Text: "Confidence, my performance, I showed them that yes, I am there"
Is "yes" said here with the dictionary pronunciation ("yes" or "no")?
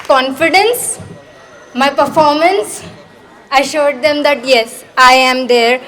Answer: yes